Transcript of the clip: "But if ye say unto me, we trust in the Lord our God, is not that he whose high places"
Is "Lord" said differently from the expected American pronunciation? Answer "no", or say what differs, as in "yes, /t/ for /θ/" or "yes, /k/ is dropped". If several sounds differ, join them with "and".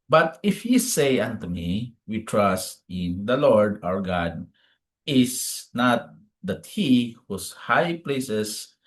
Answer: no